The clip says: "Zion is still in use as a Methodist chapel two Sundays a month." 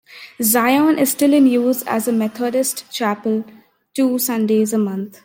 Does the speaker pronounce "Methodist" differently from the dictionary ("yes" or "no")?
yes